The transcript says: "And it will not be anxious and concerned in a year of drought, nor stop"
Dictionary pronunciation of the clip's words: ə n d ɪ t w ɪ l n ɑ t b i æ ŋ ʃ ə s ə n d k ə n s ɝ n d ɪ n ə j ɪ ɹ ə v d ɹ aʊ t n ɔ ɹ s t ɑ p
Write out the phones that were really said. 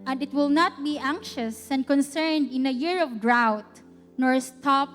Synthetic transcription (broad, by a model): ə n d ɪ t w ɪ l n ɑ t b i æ ŋ ʃ ə s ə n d k ə n s ɝ n d ɪ n ə j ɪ ɹ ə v d ɹ aʊ t n ɔ ɹ s t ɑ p